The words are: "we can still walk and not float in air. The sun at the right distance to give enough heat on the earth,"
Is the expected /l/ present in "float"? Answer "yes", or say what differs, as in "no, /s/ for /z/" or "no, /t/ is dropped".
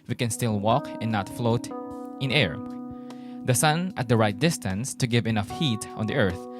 yes